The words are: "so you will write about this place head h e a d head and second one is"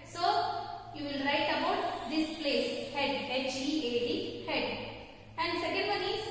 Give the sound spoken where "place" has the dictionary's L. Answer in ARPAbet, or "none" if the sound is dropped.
L